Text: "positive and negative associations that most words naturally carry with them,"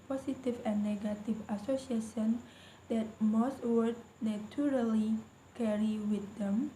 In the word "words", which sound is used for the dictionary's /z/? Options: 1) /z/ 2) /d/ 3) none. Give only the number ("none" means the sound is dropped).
3